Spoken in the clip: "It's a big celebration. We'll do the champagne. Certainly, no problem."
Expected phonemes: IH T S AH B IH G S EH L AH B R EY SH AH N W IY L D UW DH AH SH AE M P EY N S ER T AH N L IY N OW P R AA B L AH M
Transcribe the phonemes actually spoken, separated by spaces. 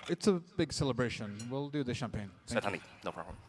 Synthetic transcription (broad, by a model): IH T S AH B IH G S EH L AH B R EY SH AH N W IY L D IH DH AH SH AE M P EY N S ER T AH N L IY N OW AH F